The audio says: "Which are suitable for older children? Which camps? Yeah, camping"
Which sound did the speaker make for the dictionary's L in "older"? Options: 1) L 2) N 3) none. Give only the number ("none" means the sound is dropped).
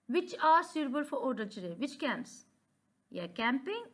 3